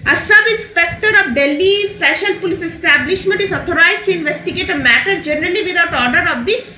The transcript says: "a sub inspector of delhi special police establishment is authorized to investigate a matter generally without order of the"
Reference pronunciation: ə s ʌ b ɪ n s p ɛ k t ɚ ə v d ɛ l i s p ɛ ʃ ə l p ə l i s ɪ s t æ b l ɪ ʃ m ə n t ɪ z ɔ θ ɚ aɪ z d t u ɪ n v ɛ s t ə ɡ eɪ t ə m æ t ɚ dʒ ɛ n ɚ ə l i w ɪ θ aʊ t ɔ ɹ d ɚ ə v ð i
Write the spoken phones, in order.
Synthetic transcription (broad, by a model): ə s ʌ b ɪ n s p ɛ k t ɚ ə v d ɛ l i s p ɛ ʃ ə l p ə l i s ɪ s t æ b l ɪ ʃ m ə n t ɪ z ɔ t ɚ aɪ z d t u ɪ n v ɛ s t ə ɡ eɪ t ə m æ t ɚ dʒ ɛ n ɚ ə l i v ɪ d aʊ t ɔ ɹ d ɚ ə v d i